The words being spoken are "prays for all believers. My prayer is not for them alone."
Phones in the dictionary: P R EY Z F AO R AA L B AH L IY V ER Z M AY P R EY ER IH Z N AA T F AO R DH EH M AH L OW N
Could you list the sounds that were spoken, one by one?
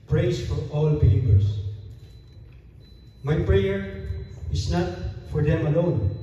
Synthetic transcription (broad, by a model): P R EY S F AO R AA L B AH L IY P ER S M AY P R EY ER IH S N AA T F AO R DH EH M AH L OW N